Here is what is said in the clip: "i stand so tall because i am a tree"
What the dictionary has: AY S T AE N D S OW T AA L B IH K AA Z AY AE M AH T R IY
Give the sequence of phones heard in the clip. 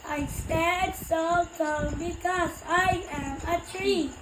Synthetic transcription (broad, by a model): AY S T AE D S OW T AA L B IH K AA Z AY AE M AH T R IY